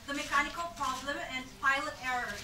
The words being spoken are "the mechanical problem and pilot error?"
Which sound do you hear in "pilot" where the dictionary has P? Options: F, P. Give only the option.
P